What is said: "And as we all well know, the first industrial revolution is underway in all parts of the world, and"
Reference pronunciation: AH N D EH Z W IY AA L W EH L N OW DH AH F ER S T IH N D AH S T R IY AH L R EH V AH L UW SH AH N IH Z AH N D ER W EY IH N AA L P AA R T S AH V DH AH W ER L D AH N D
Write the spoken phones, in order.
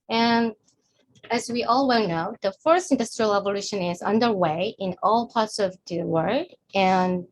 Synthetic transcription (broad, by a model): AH N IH Z W IY AA L W EH L N OW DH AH F ER S T IH N D AH S T R IY AH L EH V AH L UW SH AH N IH Z AH N D ER W EY IH N AA L P AA R T S AH V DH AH W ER D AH N